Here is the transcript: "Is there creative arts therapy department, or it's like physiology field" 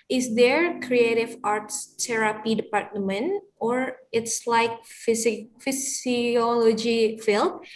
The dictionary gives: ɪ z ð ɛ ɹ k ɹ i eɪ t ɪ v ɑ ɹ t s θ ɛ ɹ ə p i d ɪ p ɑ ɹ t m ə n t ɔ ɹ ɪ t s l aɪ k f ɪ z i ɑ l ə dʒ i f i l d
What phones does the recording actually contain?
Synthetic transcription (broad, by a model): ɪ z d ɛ ɹ k ɹ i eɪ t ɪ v ɑ ɹ t s t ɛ ɹ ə p i d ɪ p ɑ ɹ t m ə n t ɔ ɹ ɪ t s l aɪ k f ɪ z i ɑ l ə dʒ i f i l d